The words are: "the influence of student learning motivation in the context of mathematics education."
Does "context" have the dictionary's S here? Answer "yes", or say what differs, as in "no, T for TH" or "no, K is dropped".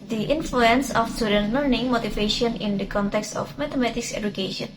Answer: yes